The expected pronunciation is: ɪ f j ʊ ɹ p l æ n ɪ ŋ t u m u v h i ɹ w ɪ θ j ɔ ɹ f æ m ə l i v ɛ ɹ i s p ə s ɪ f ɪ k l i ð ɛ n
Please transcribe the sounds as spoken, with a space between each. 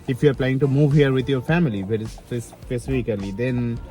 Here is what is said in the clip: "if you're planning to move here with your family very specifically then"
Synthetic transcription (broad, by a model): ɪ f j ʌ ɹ p l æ ɪ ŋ t u m u v h i ɹ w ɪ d j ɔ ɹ f æ m ə l i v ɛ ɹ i s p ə s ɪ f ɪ k l i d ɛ n